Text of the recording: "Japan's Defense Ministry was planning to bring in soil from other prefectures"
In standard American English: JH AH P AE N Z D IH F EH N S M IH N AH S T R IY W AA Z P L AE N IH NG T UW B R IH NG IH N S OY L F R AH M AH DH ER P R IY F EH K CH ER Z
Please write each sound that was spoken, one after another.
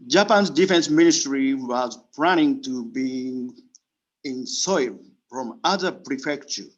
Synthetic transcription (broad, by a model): JH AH P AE N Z D IH F EH N S M IH N AH S T R IY W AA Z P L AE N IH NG T UW B IY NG IH N S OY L F R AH M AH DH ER P R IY F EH K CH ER